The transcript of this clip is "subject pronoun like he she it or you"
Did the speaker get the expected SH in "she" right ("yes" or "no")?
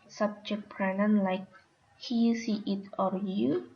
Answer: no